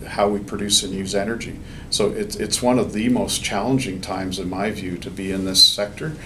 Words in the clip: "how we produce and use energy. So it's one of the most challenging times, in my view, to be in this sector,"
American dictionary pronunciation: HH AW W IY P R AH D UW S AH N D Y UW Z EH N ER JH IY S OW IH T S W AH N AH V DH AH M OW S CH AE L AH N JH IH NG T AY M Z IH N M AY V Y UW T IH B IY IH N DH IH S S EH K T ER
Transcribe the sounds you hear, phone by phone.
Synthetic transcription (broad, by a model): HH AW W IY P R AH D UW S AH N Y UW Z EH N ER JH IY S OW IH T S W AH N AH V DH AH M OW S CH AE L AH N JH IH NG T AY M Z IH N M AY V Y UW T IH B IY IH N DH IH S S EH K T ER